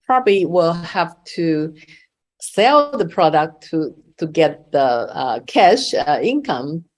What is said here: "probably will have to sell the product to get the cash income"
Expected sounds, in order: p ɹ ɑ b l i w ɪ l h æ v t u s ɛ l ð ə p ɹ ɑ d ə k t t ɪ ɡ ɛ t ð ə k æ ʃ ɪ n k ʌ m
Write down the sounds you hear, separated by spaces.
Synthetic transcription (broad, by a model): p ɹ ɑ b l i w ɪ l h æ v t u s ɛ l ð ə p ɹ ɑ d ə k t t ɪ ɡ ɛ t ð ə k æ ʃ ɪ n k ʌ m